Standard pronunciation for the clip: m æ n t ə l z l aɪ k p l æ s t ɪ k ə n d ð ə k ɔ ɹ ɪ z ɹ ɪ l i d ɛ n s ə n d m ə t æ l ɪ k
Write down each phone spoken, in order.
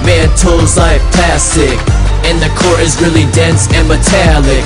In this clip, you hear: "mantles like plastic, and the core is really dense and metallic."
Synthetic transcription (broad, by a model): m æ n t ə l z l aɪ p æ s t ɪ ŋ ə n ð ə k ɔ ɹ ɪ z ɹ ɪ l i d ɛ n s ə n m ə t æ l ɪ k